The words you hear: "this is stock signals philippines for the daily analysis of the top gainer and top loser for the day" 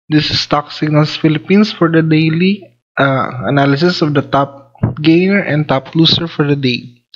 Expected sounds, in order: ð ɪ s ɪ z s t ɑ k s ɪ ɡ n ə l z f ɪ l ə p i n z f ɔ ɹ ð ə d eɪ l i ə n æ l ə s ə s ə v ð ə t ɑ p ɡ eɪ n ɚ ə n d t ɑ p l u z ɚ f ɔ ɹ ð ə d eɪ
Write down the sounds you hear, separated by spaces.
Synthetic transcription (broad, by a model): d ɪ s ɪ s t ɑ k s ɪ ɡ n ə l s f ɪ l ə p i n s f ɔ ɹ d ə d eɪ l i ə n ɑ l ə s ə s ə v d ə t ɑ p ɡ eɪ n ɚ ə n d t ɑ p l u s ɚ f ɔ ɹ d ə d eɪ